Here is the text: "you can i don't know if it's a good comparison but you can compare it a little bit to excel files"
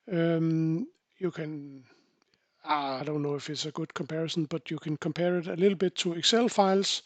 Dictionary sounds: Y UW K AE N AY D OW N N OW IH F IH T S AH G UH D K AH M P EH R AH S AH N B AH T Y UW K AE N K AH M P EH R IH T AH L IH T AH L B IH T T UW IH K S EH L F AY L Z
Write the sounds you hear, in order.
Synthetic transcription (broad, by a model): Y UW K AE N AY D OW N N OW IH F IH T S AH G UH D K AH M P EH R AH S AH N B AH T Y UW K AE N K AH M P EH R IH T AH L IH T L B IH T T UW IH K S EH L F AY L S